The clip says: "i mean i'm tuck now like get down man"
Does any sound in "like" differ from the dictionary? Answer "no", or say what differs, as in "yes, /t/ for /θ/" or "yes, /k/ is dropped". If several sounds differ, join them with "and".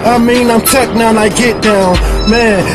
yes, /n/ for /l/